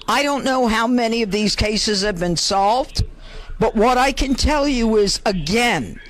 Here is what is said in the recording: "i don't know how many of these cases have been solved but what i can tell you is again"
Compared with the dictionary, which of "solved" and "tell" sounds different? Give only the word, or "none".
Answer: none